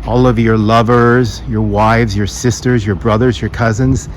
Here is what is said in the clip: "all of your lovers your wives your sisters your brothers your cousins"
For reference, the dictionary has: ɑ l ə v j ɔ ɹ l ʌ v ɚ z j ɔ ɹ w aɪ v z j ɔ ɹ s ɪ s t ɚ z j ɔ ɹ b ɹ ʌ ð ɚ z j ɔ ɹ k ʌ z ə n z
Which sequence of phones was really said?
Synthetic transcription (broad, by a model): ɑ l ə v j ɔ ɹ l ʌ v ɚ z j ɔ ɹ w aɪ v z j ɔ ɹ s ɪ s t ɚ z j ɔ ɹ b ɹ ʌ ð ɚ z j ɔ ɹ k ʌ z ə n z